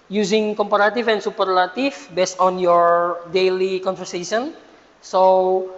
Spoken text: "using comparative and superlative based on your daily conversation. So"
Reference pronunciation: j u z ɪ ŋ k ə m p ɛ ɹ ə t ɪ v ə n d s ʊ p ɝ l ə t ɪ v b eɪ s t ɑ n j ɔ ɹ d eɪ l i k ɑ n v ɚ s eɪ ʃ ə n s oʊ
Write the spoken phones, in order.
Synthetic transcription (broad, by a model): j u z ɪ ŋ k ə m p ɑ ɹ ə t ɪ f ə n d s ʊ p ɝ l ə t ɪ f b eɪ s t ɑ n j ɔ ɹ d eɪ l i k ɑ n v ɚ s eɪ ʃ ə n s oʊ